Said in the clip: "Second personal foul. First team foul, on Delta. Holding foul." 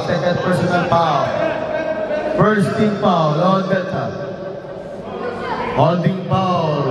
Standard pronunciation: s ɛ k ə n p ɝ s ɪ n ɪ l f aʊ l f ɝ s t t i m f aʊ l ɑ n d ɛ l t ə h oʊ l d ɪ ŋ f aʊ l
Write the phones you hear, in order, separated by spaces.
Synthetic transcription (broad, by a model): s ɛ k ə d p ɝ s ɪ n ɪ l p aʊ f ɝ s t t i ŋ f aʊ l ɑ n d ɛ t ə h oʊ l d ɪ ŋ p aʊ